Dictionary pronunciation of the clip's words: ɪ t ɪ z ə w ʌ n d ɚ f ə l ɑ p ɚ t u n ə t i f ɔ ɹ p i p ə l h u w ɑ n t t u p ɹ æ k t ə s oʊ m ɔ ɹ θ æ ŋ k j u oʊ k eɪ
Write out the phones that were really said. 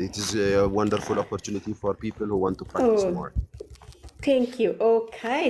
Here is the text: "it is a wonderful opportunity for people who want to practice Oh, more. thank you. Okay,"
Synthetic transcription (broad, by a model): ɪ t ɪ z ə w ʌ n d ɚ f ə l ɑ p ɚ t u n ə t i f ɔ ɹ p i p ə l h u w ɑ n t t u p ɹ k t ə oʊ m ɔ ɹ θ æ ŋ k j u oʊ k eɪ